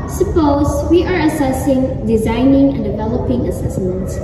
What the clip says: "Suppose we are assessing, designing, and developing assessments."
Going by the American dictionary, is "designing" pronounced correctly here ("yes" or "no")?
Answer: yes